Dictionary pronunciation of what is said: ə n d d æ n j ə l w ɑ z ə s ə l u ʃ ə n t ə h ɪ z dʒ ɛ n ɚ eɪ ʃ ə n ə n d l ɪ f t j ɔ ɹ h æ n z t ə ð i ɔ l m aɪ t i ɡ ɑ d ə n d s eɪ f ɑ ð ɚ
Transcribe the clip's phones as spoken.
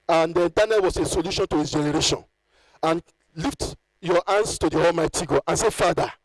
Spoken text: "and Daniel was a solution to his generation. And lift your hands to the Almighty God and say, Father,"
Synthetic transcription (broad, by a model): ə n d d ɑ n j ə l w ɑ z ə s ə l u ʃ ə n t ə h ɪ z dʒ ɛ n ɚ eɪ ʃ ə n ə n l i f t j ɔ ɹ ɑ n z t ə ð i ɔ l m aɪ t i ɡ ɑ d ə n s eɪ f ɑ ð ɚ